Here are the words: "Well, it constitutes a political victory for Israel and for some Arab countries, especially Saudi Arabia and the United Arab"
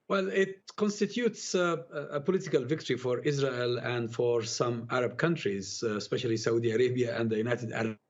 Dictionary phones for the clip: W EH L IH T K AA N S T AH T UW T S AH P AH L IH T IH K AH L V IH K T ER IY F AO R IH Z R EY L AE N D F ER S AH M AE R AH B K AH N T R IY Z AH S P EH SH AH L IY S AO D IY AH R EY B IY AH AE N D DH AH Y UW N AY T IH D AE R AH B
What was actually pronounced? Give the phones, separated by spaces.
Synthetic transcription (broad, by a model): W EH L IH T K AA N S T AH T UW T S AH P AH L IH T IH K AH L V IH K T ER IY F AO R IH Z R EY L AE N D F ER S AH M AE R AH B K AH N T R IY Z S P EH SH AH L IY S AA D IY AH R EY B IY AH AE N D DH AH Y UW N AY T IH D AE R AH